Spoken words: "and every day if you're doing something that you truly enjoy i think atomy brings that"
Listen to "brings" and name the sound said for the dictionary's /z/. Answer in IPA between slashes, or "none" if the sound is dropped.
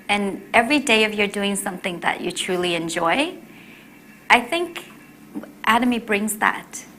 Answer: /z/